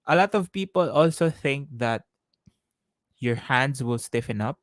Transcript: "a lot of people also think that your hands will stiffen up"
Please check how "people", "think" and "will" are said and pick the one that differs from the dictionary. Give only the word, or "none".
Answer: none